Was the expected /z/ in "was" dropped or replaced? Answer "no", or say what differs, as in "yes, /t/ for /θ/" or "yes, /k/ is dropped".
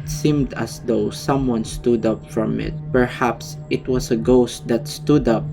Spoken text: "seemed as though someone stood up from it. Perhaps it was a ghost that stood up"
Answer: yes, /s/ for /z/